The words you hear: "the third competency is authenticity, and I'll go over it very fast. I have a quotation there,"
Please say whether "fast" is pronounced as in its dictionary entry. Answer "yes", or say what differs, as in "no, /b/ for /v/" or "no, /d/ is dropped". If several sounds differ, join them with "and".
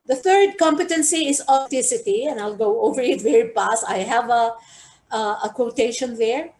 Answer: no, /p/ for /f/